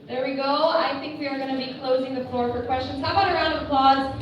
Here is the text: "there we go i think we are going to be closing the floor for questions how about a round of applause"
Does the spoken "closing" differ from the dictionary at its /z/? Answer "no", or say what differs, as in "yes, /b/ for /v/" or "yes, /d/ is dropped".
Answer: no